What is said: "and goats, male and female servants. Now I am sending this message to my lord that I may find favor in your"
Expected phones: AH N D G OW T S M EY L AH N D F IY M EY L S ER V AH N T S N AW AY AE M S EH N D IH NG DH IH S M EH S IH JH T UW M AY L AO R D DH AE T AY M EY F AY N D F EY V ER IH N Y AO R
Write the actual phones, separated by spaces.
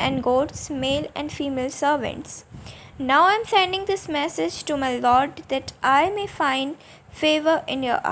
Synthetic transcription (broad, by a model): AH N D G OW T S M EY L AH N D F IY M EY L S ER V AH N T S N AW AY M S EH N D IH NG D IH S M EH S IH JH T UW M AY L AO R D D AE T AY M EY F AY N D F EY V ER IH N Y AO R